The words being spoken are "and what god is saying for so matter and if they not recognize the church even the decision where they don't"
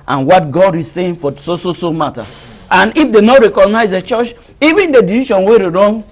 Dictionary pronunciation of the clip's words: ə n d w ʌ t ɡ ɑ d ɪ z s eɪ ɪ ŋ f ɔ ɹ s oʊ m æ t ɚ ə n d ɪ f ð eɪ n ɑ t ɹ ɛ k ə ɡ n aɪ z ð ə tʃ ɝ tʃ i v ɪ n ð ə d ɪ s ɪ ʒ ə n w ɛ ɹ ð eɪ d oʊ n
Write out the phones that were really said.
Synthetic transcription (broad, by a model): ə n w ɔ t ɡ ɑ d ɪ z s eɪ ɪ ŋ f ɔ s s oʊ m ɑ t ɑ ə n ɪ f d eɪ n ɑ t ɹ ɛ k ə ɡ n aɪ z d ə tʃ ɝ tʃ i v ɪ n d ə d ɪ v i ʃ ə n w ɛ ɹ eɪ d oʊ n